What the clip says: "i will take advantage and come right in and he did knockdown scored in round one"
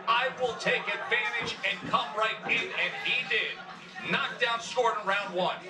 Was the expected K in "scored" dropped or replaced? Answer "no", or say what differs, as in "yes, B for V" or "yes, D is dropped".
yes, K is dropped